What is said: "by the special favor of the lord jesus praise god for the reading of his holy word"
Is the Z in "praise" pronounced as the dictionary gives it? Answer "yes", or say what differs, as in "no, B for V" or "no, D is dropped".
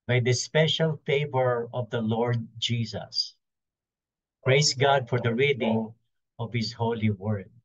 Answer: no, S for Z